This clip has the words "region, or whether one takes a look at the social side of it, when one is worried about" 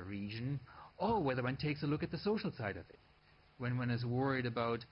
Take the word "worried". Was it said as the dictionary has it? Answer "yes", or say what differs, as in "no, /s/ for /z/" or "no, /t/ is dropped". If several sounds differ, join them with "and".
yes